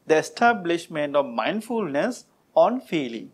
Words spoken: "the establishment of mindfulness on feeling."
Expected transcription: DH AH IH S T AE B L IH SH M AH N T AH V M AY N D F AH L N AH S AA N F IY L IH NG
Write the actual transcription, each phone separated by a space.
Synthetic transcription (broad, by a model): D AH IH S T AE B L IH SH M AH N T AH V M AY N D F AH L N AH S AA N F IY L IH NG